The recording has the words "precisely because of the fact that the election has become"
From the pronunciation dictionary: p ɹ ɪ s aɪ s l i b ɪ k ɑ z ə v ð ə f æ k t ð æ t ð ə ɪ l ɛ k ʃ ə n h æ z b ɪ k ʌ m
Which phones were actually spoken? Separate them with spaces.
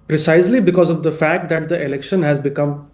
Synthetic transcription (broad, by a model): p ɹ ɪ s aɪ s l i b ɪ k ɑ z ə v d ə f æ k t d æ t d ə ɪ l ɛ k ʃ ə n h æ z b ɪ k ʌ m